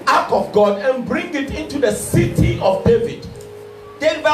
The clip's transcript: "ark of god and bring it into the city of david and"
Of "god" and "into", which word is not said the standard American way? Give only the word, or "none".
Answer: none